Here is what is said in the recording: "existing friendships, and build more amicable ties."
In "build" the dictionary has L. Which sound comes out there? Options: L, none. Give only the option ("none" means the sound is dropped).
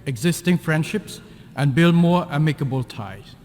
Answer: L